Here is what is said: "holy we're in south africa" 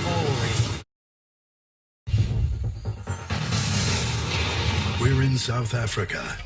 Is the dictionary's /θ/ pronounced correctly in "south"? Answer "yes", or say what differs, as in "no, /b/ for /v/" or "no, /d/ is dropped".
yes